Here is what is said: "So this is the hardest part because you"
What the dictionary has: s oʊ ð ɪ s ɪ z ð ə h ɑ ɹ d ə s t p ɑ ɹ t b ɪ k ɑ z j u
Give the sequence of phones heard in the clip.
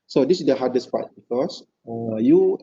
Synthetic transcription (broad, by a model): s oʊ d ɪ s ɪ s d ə h ɑ d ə s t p ɑ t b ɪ k ɑ s j u